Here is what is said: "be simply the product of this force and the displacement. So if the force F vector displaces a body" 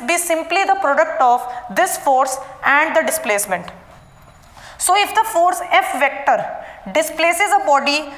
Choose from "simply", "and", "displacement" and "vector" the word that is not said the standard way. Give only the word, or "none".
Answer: none